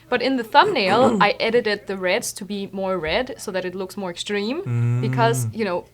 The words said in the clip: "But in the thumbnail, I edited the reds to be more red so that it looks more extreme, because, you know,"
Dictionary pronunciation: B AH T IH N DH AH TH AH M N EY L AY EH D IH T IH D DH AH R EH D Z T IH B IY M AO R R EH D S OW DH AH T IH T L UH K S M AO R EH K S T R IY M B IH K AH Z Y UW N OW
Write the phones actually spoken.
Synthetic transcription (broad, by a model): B AH T IH N DH AH TH AH M N EY L AY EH D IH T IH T DH AH R EH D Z T IH B IY M AO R R EH D S OW DH AH T IH T L UH K S M AO R EH K S T R IY M B IH K AH Z Y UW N OW